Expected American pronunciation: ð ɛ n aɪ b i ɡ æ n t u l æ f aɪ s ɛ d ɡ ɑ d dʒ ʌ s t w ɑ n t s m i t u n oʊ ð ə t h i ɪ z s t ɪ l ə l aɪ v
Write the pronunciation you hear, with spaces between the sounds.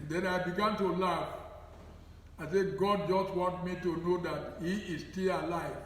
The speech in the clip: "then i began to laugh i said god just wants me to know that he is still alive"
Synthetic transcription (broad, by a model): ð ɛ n aɪ b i ɡ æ n t u l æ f aɪ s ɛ ɡ ɑ d dʒ ʌ s t w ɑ n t m i t u n oʊ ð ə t h i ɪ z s t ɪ l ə l aɪ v